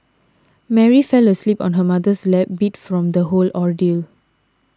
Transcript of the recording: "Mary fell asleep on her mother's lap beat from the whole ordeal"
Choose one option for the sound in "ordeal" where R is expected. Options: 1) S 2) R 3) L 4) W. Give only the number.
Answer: 2